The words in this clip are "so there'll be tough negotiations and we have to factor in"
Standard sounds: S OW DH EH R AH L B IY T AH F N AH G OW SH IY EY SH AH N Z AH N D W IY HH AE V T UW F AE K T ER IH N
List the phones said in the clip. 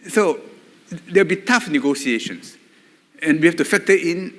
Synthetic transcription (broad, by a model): S OW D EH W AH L B IY T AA F N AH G OW S IY EY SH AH N S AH N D W IY HH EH F T UW F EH K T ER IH N